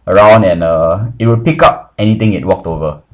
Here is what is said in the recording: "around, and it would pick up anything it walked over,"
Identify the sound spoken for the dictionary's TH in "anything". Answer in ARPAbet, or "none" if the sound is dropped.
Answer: T